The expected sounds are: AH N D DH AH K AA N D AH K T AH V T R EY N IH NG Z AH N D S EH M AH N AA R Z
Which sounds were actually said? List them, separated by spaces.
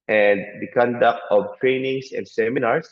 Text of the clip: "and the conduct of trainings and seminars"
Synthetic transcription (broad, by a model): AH N D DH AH K AA N D AH K T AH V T R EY N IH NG S AH N D S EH M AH N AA R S